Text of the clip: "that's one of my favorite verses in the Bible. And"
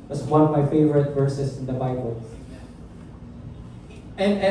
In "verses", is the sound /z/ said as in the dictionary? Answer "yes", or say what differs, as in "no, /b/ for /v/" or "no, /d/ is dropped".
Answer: no, /s/ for /z/